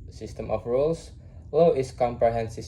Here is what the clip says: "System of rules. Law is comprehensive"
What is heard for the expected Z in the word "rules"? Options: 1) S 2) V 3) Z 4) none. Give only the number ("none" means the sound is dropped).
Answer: 1